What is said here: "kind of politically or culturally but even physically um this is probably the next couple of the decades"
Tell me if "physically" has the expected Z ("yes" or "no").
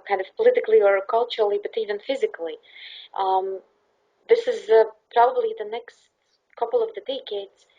yes